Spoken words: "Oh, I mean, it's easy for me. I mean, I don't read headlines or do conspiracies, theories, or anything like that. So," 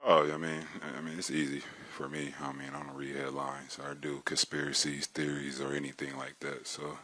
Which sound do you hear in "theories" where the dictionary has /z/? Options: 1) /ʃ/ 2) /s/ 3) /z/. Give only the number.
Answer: 3